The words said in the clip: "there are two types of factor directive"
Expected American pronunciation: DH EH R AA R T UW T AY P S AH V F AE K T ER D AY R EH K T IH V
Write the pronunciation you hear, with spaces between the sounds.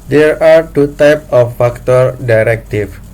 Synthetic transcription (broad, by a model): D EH R AA R T UW T AY P AH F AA K T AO D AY R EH K T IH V